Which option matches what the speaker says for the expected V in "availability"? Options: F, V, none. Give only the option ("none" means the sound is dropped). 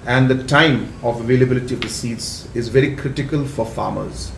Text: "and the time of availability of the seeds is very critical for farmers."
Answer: V